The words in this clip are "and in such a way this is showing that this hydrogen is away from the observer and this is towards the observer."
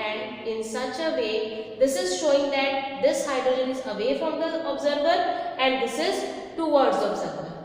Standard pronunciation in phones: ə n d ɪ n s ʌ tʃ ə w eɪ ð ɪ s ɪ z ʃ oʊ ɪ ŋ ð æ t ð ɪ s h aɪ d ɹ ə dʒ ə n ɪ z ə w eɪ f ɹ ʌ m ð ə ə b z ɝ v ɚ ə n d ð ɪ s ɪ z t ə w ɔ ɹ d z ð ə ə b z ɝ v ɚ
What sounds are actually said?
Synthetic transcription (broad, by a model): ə n d ɪ n s ʌ tʃ ə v eɪ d ɪ s ɪ z ʃ oʊ ɪ ŋ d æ t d ɪ s h aɪ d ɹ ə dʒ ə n ɪ z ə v eɪ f ɹ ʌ m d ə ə b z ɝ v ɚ ə n d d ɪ s ɪ z t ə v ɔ ɹ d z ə b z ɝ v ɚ